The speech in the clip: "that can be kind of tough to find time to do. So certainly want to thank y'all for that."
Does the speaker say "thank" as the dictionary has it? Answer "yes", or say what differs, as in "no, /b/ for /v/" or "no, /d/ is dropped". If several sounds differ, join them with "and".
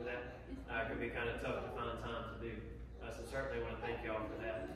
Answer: yes